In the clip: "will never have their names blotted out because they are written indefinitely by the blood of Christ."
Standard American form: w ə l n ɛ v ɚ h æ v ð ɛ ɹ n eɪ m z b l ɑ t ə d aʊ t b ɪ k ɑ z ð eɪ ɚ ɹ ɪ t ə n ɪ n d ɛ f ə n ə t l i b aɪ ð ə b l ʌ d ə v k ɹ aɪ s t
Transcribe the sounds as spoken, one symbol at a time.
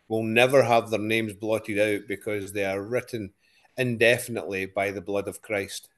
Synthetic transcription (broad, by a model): w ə l n ɛ v ɚ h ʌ v ð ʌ ɹ n eɪ m z b l ɑ t ə d aʊ t b ɪ k ɑ z ð eɪ ɚ ɹ ɪ t n ɪ n d ɛ f ə n ə t l i b aɪ ð ə b l ʌ d ə v k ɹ aɪ s t